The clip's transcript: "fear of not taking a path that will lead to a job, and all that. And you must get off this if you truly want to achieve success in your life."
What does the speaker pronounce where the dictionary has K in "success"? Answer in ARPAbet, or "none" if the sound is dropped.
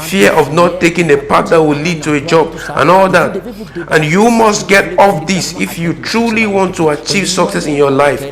K